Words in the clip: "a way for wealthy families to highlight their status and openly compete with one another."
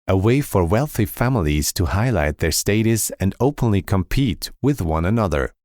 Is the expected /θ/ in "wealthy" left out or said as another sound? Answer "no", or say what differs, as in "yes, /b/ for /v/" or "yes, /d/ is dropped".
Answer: no